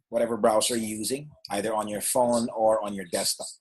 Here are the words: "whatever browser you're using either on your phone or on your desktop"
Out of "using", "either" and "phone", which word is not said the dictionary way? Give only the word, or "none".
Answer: none